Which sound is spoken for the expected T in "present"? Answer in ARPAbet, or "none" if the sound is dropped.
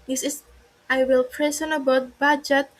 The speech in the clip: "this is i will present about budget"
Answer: none